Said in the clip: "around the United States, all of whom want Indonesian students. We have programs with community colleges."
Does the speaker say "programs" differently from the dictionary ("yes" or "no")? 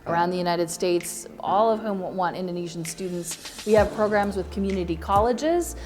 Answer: no